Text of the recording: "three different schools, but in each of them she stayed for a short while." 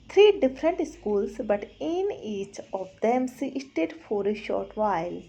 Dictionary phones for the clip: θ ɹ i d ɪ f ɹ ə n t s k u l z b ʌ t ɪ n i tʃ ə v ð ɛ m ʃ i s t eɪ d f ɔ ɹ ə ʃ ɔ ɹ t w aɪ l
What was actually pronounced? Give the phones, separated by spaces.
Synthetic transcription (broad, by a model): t ɹ i d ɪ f ɹ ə n t s k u l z b ʌ t ɪ n i tʃ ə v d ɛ m s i s t eɪ d f ɔ ɹ ə ʃ ɔ ɹ t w aɪ l